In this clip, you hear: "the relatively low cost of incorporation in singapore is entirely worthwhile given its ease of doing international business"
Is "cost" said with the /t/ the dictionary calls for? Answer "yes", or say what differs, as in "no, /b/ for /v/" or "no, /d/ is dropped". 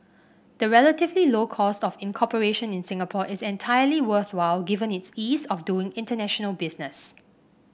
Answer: yes